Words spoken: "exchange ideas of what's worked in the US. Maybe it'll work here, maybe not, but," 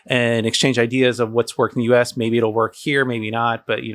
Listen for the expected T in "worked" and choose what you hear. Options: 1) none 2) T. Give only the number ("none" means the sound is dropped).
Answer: 1